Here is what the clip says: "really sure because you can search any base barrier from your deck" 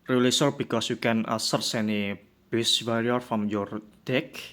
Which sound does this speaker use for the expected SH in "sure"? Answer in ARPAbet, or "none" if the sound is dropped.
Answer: S